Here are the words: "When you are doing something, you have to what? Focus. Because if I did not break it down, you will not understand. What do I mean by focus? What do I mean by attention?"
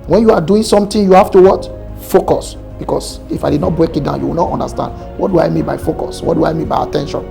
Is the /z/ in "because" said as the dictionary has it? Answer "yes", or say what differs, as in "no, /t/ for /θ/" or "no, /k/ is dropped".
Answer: no, /s/ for /z/